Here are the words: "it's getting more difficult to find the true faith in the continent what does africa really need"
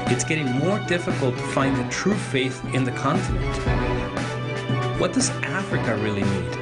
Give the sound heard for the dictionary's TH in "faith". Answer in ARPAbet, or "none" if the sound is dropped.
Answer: TH